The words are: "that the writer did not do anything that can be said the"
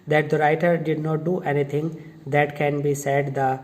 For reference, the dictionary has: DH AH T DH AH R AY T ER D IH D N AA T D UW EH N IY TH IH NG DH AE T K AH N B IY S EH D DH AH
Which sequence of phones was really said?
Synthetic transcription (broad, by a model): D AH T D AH R AY T ER D IH D N AA T D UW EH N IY T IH NG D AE T K AH N B IY S EH D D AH